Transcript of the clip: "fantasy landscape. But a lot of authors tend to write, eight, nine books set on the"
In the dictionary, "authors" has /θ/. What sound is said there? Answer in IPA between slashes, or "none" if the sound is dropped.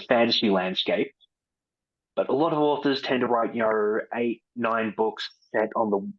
/θ/